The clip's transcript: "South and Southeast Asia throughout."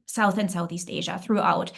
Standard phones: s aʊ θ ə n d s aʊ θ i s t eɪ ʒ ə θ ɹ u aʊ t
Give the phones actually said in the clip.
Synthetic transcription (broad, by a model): s aʊ θ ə n s aʊ θ i s t eɪ ʒ ə θ ɹ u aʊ t